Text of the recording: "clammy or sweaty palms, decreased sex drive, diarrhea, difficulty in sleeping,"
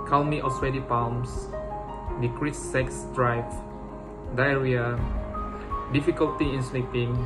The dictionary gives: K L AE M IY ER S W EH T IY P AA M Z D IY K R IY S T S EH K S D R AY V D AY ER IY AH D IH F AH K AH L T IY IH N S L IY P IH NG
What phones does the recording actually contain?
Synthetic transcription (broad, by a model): K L M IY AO S W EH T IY P AA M S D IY K R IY T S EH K S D R AY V D AY ER IY AH D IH F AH K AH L T IY IH N S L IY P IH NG